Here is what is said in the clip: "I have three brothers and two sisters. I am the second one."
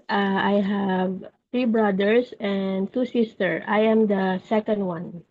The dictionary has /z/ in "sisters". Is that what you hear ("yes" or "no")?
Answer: no